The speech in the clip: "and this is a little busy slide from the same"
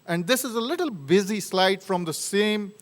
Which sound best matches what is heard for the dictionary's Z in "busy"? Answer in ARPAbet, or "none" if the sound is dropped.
Z